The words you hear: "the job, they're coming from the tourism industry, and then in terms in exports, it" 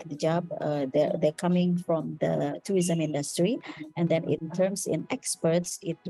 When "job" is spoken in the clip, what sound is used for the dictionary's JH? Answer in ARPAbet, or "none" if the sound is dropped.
JH